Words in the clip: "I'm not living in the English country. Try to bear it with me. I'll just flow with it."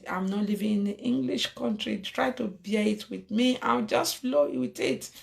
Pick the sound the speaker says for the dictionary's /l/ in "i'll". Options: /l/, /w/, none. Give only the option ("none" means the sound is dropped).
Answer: /w/